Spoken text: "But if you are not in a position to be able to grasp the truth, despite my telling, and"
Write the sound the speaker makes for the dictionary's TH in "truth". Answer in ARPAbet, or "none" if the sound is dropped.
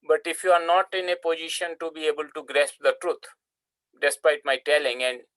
T